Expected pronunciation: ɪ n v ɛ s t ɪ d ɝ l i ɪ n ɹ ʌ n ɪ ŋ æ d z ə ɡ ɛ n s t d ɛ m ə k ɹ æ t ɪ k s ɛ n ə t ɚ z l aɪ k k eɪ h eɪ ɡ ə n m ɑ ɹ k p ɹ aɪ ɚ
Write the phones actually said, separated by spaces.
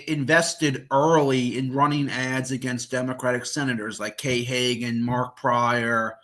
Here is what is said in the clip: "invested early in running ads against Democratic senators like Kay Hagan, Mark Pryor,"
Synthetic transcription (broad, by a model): ɪ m v ɛ s t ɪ d ɝ l i ɪ n ɹ ʌ n ɪ ŋ æ d z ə ɡ ɛ n s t d ɛ m ə k ɹ æ t ɪ k s ɛ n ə t ɚ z l aɪ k k eɪ h eɪ ɡ ə n m ɑ ɹ k p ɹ aɪ ɚ